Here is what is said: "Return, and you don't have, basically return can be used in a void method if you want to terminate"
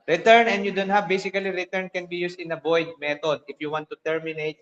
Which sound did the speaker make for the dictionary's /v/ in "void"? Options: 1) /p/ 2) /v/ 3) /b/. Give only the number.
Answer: 3